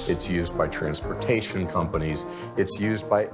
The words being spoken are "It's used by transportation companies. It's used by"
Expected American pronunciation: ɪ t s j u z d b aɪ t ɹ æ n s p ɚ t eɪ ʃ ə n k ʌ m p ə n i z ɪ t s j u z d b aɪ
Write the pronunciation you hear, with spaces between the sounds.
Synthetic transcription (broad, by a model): ɪ t s j u z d b aɪ t ɹ æ n s p ɚ t eɪ ʃ ə n k ʌ m p ə n i z ɪ t s j u z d b aɪ